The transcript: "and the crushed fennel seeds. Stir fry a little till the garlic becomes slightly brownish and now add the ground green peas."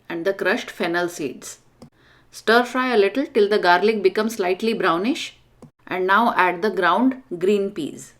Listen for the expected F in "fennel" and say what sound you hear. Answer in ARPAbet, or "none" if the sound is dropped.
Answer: F